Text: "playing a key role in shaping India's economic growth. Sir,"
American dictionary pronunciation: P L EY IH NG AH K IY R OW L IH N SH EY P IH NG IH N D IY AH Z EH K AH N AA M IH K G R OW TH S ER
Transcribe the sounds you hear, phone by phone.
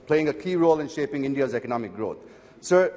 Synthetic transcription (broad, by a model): P L EY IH NG AH K IY R OW L IH N SH EY P IH NG IH N D IY AH Z EH K AH N AA M IH K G R OW T S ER